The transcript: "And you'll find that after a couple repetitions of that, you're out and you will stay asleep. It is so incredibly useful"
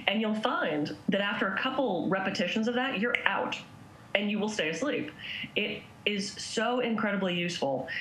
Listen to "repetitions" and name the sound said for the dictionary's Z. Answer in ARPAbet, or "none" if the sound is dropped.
Z